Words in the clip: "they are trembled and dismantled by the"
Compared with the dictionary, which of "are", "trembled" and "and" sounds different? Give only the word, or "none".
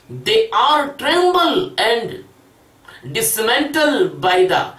trembled